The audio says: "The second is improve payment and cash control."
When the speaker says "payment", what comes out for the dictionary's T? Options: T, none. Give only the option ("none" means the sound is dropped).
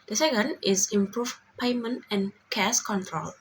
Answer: T